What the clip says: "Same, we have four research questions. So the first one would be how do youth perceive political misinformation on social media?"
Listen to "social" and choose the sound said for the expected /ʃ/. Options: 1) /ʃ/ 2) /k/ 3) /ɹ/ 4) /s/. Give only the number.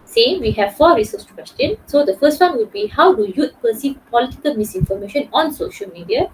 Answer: 1